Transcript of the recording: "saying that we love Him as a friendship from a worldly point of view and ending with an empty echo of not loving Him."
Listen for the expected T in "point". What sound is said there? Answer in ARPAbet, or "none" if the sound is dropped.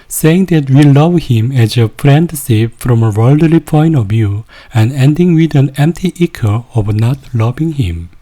none